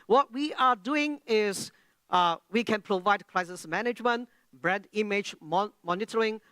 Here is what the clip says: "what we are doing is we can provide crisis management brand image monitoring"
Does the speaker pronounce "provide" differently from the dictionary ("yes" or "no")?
no